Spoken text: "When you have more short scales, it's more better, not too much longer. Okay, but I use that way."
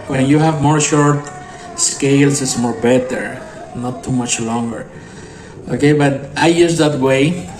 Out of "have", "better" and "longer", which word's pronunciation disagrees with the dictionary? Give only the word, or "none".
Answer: none